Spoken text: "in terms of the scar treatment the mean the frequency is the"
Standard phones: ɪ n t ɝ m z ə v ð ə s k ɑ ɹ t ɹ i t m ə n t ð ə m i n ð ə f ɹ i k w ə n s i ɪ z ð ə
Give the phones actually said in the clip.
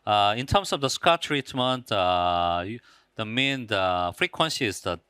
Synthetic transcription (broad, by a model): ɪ n t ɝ m s ə v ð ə s k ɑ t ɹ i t m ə n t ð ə m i n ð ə f ɹ i k w ə n s i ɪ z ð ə